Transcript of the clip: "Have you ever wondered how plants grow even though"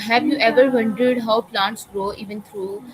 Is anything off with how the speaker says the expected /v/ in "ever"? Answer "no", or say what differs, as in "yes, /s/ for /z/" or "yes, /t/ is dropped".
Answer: no